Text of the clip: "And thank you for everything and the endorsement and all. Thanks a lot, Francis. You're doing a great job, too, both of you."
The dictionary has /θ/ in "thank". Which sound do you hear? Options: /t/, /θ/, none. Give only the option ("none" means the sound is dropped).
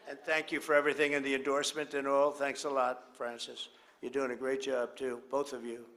/θ/